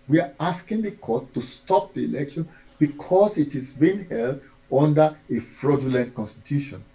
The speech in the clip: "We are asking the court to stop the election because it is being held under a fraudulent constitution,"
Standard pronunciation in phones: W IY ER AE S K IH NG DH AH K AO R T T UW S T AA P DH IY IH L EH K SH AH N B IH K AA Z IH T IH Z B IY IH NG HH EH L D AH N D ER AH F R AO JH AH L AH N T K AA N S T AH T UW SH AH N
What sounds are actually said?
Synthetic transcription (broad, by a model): W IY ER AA S K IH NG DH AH K AO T T UW S T AA P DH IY IH L EH K SH AH N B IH K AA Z IH T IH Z B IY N HH EH L D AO N D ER AH F R AO JH AH L AH N T K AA N S T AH T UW SH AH N